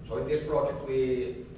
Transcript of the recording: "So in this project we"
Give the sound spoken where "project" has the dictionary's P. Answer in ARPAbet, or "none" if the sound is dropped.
P